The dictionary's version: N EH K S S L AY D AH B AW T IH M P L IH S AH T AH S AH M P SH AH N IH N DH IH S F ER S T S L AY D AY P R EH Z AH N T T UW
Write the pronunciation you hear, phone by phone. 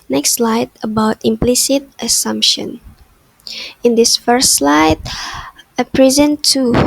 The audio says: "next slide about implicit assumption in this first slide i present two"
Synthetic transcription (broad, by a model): N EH K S S L AY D AH B AW T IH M P L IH S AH T AH S AH M P SH AH N IH N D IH S F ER S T S L AY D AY P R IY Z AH N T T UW